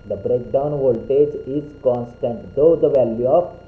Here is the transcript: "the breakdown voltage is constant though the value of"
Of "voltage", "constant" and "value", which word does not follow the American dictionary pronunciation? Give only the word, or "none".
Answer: none